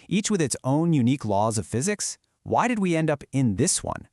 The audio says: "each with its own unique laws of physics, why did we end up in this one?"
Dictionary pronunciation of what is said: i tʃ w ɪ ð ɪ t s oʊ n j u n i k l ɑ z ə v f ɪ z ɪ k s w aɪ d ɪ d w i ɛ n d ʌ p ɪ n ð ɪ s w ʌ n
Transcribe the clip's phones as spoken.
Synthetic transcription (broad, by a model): i tʃ w ɪ ð ɪ t s oʊ n j u n i k l ɑ z ə v f ɪ z ɪ k s w aɪ d ɪ d w i ɛ n d ʌ p ɪ n ð ɪ s w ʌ n